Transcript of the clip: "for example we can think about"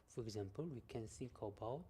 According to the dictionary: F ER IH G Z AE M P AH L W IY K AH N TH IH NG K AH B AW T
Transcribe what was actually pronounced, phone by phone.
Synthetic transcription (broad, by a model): F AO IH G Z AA M P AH L W IY K AH N S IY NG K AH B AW